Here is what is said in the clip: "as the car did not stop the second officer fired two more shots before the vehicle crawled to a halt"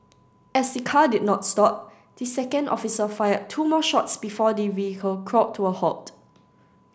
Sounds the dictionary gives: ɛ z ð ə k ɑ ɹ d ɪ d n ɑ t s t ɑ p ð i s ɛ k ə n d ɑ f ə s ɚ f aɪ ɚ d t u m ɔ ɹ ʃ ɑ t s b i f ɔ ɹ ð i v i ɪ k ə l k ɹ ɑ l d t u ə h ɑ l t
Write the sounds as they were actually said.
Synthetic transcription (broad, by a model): ɛ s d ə k ɑ d ɪ d n ɑ t s t ɑ p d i s ɛ k ə n d ɑ f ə s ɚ f aɪ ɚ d t u m ɔ ʃ ɑ t s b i f ɔ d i v i ɪ k ə l k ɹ ɑ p t u ə h ɑ t